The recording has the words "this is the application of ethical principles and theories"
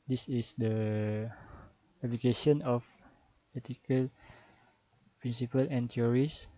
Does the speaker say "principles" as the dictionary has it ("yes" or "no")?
no